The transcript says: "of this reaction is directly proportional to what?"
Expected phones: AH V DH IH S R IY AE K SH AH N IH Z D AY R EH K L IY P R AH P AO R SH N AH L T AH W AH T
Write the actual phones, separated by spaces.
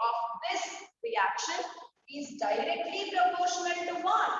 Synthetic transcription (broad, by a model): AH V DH IH S R IY AE K SH AH N IH Z D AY R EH K L IY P R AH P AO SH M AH N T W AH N